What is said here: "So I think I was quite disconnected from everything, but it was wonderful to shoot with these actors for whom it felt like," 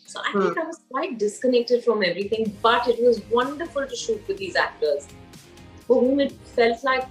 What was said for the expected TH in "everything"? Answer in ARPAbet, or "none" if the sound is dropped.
T